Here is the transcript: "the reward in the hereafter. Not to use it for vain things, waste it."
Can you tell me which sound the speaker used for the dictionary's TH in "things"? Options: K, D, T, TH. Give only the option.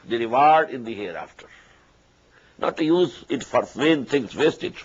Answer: T